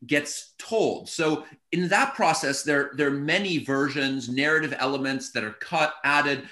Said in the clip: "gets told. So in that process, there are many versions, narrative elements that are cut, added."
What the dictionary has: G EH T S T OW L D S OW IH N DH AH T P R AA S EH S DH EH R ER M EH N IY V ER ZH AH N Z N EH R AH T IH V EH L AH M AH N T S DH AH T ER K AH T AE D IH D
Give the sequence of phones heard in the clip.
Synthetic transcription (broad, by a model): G EH T S T OW L D S OW IH N DH AH T P R AA S EH S DH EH R ER M EH N IY V ER ZH AH N Z N EH R AH T IH V EH L AH M AH N T S DH AH T ER K AH T AE D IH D